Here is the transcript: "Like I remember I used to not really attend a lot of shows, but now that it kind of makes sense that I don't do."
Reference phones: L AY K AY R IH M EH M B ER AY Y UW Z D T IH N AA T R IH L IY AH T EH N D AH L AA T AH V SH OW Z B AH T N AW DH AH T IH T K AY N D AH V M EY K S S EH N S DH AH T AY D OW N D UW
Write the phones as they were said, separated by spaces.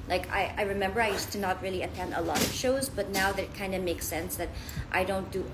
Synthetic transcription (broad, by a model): L AY K AY R IH M EH M B ER AY Y UW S T IH N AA T R IH L IY AH T EH N D AH L AA T AH V SH OW Z B AH T N AW DH AH T IH T K AY N D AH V M EY K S S EH N S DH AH T AY D OW N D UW